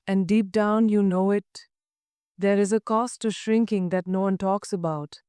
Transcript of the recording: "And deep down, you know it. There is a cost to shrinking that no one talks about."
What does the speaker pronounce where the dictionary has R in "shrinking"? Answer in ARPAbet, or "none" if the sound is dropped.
R